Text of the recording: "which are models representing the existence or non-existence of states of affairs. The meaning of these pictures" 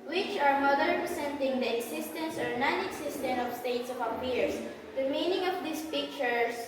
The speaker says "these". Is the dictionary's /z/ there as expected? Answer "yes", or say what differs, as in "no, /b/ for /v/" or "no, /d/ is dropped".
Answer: no, /s/ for /z/